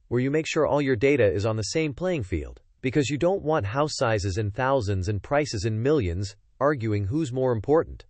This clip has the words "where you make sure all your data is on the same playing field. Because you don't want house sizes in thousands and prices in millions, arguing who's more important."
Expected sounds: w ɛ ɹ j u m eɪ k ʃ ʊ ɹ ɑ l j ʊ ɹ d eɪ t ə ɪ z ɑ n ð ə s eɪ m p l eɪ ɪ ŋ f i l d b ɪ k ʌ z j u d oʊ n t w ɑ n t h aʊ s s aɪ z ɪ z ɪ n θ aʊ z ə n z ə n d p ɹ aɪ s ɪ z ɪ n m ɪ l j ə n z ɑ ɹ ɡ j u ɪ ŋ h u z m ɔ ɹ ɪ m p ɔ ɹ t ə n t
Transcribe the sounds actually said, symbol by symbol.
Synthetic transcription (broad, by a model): w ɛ ɹ j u m eɪ k ʃ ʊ ɹ ɑ l j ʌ ɹ d eɪ t ə ɪ z n ð ə s eɪ m p l eɪ ɪ ŋ f i l d b ɪ k ʌ z j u d oʊ n t w ɑ n t h aʊ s s aɪ z ɪ z ɪ n θ aʊ z ə n z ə n p ɹ aɪ s ɪ z ɪ n m ɪ l j ə n z ɑ ɹ ɡ j u ɪ ŋ h u z m ɔ ɹ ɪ m p ɔ ɹ t n t